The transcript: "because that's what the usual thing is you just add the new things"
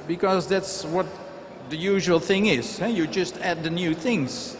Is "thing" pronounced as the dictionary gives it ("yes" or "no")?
yes